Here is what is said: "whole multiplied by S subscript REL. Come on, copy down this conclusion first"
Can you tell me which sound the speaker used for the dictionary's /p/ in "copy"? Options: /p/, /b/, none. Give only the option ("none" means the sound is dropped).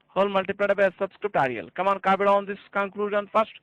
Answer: /b/